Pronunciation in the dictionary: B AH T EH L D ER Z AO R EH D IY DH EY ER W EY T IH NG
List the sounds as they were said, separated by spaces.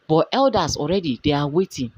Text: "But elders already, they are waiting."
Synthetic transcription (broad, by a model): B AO T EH L D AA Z AO R EH D IY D EY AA W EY T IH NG